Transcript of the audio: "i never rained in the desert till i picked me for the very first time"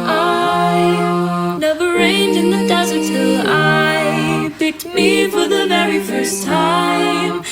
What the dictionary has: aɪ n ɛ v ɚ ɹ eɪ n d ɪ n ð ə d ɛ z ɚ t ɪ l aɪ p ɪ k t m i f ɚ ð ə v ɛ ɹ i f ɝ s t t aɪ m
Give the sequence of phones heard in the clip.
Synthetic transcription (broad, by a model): aɪ n ɛ v ɚ ɹ eɪ n d ɪ n ð ə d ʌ z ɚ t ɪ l aɪ b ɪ t m i f ɚ ð ə v ɛ ɹ i f ɝ s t t aɪ m